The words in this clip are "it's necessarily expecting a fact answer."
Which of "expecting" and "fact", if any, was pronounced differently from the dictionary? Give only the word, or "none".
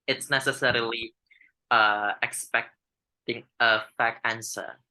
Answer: fact